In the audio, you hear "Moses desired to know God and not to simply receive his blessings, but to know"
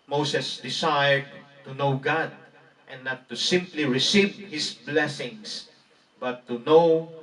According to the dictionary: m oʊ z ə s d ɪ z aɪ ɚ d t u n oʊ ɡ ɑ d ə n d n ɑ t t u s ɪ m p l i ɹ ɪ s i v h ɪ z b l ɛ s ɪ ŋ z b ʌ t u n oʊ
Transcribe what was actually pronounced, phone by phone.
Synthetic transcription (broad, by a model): m oʊ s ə s d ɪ s aɪ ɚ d t u n oʊ ɡ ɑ d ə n n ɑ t t u s ɪ m p l i ɹ ɪ s i v h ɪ s b l ɛ s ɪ ŋ s b ʌ t u n oʊ